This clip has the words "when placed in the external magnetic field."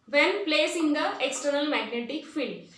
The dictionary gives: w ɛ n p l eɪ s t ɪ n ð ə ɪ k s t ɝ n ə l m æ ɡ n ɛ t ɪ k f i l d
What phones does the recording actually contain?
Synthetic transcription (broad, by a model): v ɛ n p l eɪ s ɪ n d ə ɪ k s t ɝ n ə l m æ ɡ n ɛ t ɪ k f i l